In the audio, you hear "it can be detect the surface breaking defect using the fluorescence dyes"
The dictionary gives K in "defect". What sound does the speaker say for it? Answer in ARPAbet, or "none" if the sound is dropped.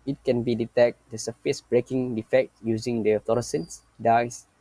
K